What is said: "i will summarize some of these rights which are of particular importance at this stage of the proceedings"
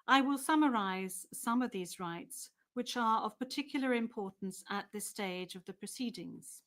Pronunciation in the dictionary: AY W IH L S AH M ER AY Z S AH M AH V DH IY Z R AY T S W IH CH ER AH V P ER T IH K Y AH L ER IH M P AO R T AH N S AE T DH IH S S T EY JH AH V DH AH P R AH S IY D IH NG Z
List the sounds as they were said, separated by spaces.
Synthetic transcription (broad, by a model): AY W IH L S AH M ER AY Z S AH M AH V DH IY Z R AY T S W IH CH ER AH V P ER T IH K Y L ER IH M P AO R T N S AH T DH IH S S T EY JH AH V DH AH P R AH S IY D IH NG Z